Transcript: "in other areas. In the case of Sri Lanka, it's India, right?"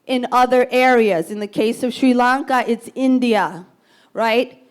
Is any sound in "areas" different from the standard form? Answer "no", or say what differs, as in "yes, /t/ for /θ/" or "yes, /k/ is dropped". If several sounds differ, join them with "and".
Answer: no